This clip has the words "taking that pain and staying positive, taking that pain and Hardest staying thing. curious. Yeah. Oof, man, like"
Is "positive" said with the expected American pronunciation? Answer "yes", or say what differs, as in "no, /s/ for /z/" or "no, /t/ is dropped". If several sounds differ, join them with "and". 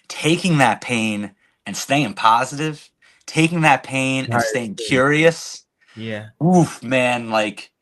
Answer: yes